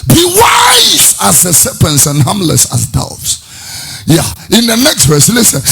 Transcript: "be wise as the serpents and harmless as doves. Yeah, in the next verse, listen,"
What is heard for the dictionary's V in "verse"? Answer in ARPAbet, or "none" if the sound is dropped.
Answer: V